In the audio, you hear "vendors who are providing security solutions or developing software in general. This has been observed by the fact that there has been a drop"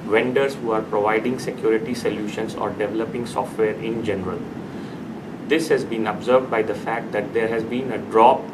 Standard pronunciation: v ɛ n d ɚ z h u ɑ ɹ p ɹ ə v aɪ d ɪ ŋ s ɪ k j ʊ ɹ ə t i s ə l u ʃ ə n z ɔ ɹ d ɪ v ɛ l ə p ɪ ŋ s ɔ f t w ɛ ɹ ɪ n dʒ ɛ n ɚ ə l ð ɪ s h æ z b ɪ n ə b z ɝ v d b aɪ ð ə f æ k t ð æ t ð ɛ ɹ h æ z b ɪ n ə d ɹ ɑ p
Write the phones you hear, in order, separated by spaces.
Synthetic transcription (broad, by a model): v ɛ n d ɚ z h u ɑ ɹ p ɹ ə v aɪ d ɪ ŋ s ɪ k j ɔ ɹ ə t i s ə l u ʃ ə n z ɔ ɹ d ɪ v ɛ l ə p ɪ ŋ s ɔ f t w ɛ ɹ ɪ n dʒ ɛ n ɚ ə l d ɪ s h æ z b ɪ n ə b z ɝ v d b aɪ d ə f æ k t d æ t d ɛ ɹ h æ z b ɪ n ə d ɹ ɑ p